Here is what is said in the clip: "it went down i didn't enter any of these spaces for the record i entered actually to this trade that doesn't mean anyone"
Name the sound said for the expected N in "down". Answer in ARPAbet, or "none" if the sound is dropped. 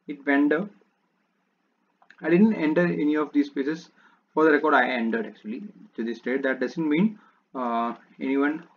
none